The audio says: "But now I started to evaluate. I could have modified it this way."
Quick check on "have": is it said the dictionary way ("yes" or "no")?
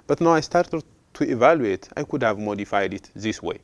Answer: yes